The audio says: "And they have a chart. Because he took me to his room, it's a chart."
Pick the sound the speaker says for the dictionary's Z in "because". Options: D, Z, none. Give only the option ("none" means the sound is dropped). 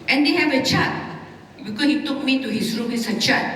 none